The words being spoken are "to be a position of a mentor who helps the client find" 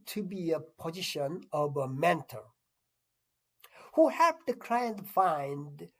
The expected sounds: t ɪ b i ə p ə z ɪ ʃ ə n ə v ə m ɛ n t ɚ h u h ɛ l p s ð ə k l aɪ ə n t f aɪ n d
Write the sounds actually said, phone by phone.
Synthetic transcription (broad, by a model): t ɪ b i ə p ə z ɪ ʃ ə n ə v ə m ɛ n t ɚ h u h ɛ p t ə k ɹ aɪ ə n f aɪ n d